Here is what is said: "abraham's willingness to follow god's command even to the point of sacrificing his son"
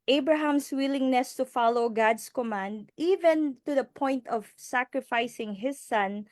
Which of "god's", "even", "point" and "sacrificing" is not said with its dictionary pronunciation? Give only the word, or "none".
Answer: god's